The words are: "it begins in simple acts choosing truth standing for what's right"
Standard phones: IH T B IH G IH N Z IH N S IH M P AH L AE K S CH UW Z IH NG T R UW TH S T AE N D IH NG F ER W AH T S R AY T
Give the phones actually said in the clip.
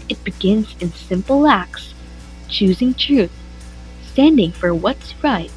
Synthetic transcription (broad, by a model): IH T B IH G IH N Z IH N S IH M P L AE K S CH UW Z IH NG T R UW TH S T AE N D IH NG F ER W AH T S R AY T